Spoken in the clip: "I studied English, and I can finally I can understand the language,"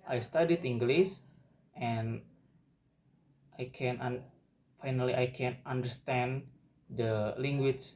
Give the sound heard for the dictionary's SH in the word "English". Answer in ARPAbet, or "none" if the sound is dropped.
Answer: S